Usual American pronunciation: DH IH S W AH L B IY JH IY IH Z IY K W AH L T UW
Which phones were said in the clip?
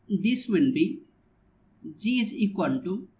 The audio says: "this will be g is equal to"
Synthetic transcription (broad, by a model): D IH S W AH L B IY JH IY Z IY K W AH N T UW